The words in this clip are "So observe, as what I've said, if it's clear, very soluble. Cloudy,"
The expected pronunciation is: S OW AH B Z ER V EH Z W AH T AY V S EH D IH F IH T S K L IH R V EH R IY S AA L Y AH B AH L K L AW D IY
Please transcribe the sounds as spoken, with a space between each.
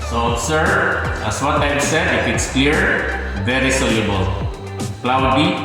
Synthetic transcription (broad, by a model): S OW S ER EH S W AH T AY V S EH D IH F IH T S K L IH R V EH R IY S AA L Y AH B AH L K L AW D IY